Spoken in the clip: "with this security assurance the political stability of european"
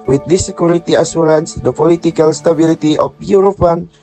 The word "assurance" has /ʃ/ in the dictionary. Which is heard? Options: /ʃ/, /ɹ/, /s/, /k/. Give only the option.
/s/